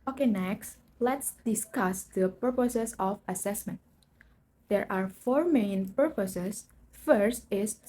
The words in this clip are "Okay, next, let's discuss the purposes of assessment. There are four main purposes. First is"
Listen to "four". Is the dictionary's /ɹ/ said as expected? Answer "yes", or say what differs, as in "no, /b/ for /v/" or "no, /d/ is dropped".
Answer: yes